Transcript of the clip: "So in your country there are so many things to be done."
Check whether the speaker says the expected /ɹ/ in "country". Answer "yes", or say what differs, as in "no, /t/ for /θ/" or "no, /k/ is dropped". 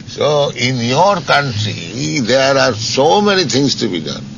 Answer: yes